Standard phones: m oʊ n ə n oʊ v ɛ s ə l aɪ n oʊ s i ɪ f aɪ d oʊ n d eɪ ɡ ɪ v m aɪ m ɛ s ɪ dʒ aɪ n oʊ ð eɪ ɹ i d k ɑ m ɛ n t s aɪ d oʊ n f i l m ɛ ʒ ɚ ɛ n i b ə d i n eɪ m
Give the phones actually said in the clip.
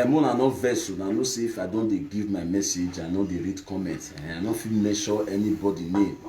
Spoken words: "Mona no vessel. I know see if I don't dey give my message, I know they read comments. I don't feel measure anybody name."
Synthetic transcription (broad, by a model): m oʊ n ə n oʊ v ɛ s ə n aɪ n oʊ s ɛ ɪ f aɪ d oʊ n d eɪ ɡ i v m aɪ m ɛ s ɪ dʒ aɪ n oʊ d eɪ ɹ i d k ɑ m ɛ n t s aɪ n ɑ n f i l m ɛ ʃ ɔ ɛ n i b ə d i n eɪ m